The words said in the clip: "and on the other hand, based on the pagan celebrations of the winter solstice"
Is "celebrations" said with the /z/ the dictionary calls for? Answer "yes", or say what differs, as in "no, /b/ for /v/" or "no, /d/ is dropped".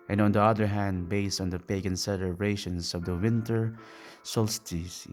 no, /s/ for /z/